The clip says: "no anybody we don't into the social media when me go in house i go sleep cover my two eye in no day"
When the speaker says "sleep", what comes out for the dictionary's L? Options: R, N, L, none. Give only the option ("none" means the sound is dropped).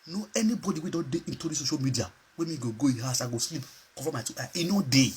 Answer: L